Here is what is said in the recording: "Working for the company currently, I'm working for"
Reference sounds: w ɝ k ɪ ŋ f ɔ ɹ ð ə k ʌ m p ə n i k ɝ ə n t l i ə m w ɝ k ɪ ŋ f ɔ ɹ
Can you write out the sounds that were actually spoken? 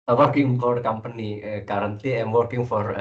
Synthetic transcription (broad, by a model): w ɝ k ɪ ŋ f ɔ ɹ k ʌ m p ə n i k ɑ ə n t i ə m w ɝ k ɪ ŋ f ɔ ɹ